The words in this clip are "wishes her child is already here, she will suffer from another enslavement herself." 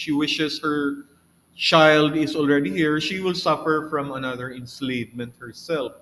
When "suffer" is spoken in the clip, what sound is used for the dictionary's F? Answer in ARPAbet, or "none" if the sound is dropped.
F